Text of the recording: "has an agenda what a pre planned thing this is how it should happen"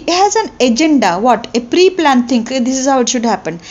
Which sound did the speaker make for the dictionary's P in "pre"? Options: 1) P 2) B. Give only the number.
1